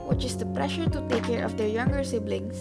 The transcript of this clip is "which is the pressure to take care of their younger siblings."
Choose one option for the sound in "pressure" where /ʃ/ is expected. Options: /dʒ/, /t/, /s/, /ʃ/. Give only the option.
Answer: /ʃ/